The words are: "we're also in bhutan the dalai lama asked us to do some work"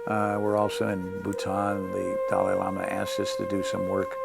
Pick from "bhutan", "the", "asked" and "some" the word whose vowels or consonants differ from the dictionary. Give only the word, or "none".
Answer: asked